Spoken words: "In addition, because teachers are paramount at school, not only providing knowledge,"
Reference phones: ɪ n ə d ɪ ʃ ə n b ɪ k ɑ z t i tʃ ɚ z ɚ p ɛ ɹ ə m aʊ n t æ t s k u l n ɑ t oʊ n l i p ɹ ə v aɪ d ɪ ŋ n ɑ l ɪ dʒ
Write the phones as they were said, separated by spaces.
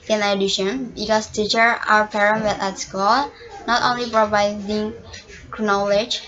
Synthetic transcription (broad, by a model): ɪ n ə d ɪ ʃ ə n b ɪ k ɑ s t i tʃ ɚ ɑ ɚ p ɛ ɹ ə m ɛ t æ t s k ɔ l n ɑ t oʊ n l i p ɹ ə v aɪ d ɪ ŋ n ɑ l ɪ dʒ